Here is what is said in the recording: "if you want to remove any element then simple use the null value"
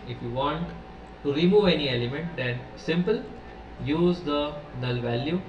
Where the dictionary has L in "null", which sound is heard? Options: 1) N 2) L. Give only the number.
2